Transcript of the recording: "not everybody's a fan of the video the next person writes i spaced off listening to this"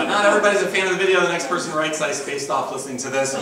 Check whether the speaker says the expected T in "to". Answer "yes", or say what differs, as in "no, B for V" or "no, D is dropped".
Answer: no, S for T